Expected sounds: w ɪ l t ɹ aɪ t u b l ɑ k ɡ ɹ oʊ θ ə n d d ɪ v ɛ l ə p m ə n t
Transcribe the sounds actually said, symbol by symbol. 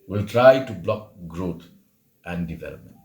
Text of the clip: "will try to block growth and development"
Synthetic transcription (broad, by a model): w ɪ l t ɹ aɪ t u b l ɑ k ɡ ɹ oʊ t ə n d d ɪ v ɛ l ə p m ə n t